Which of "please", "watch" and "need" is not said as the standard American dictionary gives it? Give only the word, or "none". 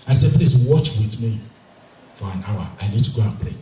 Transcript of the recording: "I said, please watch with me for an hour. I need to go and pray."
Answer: please